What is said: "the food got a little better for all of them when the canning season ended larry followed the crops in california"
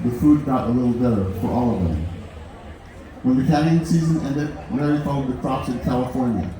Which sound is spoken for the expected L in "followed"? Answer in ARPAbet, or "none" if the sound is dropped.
none